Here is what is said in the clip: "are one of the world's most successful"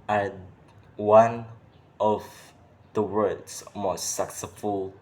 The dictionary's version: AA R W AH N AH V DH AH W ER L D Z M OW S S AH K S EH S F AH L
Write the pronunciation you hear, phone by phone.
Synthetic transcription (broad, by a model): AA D W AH N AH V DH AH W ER D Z M OW S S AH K S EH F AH L